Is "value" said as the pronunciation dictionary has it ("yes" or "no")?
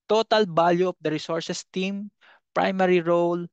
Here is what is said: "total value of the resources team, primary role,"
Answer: no